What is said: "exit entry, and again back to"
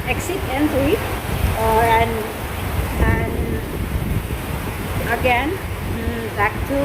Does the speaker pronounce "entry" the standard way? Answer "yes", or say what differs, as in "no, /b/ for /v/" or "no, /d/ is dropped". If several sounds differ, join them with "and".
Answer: no, /ɹ/ is dropped